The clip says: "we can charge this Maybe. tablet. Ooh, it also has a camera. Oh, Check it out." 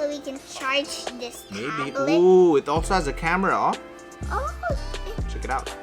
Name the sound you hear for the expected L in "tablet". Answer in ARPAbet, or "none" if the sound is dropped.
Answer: none